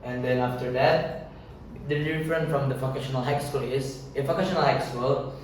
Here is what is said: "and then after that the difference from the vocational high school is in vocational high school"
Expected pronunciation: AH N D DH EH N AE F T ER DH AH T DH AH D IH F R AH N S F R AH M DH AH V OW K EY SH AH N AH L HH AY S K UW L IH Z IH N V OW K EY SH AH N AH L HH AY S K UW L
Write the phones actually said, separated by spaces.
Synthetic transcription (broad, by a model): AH N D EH N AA F T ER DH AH T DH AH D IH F R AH N F R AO M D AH F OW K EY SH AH N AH L HH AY S K UW L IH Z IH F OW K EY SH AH N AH L HH AY S K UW L